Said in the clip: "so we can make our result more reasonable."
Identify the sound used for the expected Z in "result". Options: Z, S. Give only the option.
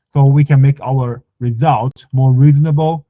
Z